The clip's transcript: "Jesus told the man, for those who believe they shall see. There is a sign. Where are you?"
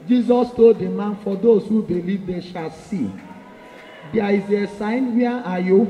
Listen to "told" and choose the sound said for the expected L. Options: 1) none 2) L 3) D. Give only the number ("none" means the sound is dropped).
1